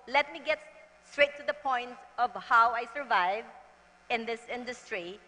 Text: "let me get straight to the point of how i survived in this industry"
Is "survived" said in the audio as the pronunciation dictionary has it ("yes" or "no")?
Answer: no